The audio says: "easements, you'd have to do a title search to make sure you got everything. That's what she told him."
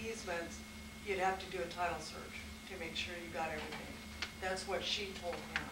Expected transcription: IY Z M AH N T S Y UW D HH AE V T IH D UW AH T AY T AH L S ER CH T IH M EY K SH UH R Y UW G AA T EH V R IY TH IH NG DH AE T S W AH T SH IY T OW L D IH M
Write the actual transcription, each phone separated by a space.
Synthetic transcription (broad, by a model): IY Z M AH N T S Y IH D HH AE F T IH D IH AH T AY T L S ER CH T IH M EY K SH UH R Y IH G AA T EH V R IY TH IH NG DH AE T S W AH T SH IY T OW L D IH